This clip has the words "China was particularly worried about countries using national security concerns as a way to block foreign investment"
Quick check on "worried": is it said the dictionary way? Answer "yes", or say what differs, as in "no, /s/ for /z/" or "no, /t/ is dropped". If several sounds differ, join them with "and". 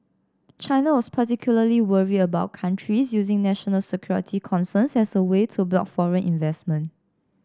no, /d/ is dropped